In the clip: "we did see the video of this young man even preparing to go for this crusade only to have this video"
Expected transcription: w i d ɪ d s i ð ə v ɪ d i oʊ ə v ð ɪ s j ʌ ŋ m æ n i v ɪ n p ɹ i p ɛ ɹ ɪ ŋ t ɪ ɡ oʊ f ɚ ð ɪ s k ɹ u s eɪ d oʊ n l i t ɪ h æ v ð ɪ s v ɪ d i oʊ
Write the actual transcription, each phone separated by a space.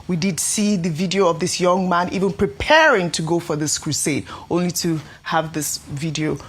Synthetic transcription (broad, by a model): w i d ɪ d s i ð ə v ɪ d i oʊ ə v ð ɪ s j ʌ ŋ m æ n i v ɪ n p ɹ i p ɛ ɹ ɪ ŋ t ɪ ɡ oʊ f ɚ ð ɪ s k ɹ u s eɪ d oʊ n l i t ɪ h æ v ð ɪ s v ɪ d i oʊ